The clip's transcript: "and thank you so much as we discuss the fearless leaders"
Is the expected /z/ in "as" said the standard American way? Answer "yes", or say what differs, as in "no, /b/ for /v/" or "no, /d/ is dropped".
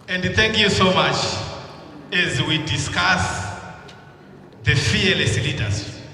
yes